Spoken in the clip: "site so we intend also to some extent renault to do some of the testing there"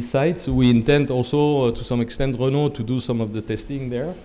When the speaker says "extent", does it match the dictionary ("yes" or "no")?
yes